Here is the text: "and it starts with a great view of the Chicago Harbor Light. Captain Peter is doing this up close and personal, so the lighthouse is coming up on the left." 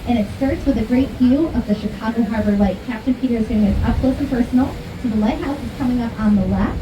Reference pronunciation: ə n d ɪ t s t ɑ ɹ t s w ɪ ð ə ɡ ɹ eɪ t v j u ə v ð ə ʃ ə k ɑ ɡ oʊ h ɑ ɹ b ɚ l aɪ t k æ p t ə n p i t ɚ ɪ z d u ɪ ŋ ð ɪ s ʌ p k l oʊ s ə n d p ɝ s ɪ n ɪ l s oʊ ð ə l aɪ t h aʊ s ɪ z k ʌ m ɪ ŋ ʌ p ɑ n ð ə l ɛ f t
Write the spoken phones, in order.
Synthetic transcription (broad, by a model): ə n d ɪ t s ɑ ɹ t s w ɪ ð ə ɡ ɹ eɪ t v j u ə v ð ə ʃ ə k ɑ ɡ oʊ h ɑ ɹ b ɚ l aɪ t k æ p t ə n p i t ɚ ɪ z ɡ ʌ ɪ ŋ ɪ ʌ p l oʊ ə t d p ɝ s n l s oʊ ð ə l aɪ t h aʊ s ɪ z k ʌ m ɪ ŋ ʌ p n ð ə l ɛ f